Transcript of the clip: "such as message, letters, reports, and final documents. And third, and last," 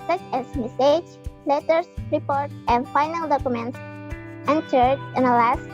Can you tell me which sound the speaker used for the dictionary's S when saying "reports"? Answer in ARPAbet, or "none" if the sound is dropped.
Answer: none